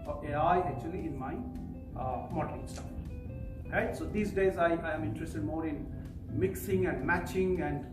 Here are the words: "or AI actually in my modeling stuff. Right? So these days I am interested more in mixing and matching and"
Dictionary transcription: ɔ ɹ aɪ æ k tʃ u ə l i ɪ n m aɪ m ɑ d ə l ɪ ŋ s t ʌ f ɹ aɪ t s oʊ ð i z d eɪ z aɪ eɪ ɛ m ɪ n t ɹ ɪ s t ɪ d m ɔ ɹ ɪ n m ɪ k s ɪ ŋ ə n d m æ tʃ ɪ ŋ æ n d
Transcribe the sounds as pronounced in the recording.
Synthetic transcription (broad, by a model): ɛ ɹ aɪ æ k tʃ u ə l i ɪ n m aɪ m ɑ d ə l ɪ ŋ s t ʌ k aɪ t s oʊ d i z d eɪ z aɪ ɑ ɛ m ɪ n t ɹ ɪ s t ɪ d m ɔ ɹ ɪ n m ɪ k s ɪ ŋ ə n d m æ tʃ ɪ ŋ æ n d